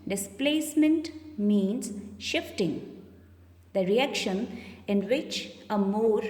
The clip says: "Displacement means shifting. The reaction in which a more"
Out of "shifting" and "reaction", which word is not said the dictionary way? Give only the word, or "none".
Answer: none